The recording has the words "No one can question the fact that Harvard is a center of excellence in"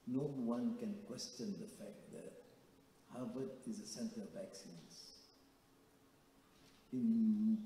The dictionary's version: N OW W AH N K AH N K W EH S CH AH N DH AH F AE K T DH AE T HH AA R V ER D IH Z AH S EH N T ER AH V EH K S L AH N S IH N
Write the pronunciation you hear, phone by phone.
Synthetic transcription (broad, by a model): N OW W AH N K AH N K W EH S CH AH N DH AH F AE K T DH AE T HH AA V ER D IH Z AH S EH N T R AH V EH K S AH N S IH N